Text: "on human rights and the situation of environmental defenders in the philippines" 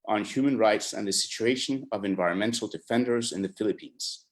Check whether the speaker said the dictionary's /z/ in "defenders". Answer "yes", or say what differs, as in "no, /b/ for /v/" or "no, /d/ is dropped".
yes